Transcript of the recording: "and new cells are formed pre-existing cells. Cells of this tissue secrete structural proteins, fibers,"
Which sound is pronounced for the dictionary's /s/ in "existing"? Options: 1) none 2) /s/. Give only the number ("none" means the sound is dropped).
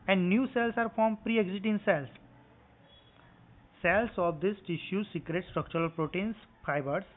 1